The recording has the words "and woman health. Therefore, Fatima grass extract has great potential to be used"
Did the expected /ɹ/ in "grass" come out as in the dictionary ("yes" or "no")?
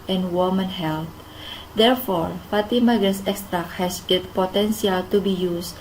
no